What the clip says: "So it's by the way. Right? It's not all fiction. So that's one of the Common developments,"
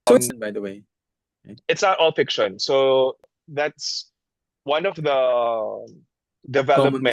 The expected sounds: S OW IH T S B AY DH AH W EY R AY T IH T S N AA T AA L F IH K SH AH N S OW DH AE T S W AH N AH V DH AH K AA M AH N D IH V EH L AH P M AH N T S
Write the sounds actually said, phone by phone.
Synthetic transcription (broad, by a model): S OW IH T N B AY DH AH W EY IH IH T S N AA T AA L F IH K SH AH N S OW DH AE T S W AH N AH V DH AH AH D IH V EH L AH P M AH